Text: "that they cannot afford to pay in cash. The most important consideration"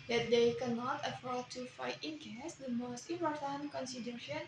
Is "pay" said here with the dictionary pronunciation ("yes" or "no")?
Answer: no